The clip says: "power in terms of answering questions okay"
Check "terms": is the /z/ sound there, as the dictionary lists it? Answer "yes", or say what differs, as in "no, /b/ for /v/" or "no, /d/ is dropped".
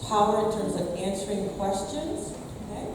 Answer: yes